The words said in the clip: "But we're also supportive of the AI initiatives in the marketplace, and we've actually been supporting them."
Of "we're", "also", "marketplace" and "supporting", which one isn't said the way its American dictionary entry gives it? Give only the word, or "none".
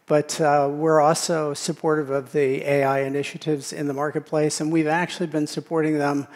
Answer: none